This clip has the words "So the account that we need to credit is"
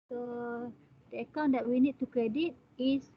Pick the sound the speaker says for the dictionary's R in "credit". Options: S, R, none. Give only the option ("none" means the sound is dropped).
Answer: R